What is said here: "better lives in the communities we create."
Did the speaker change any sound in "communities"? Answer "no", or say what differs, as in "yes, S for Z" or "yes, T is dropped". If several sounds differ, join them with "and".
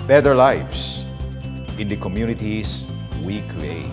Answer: yes, S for Z